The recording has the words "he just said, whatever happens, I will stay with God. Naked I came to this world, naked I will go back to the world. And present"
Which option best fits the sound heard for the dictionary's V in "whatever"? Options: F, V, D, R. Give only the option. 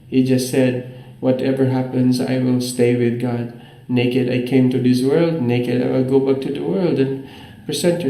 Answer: V